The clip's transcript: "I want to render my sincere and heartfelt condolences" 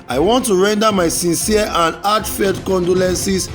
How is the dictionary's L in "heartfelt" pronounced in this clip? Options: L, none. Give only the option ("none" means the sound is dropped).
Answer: none